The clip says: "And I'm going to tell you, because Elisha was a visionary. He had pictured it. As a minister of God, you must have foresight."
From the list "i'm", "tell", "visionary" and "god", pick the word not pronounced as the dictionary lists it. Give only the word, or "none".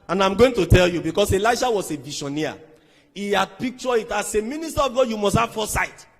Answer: visionary